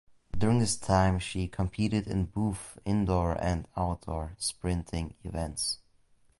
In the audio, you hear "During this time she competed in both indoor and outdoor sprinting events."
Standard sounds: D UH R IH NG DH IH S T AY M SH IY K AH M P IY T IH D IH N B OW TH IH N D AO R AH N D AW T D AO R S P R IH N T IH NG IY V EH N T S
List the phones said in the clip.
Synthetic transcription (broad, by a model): D UH R IH NG DH IH S T AY M SH IY K AH M P IY T IH D IH N B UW F IH N D AO R AH N D AW T D AO R S P R IH N T IH NG IY V EH N T S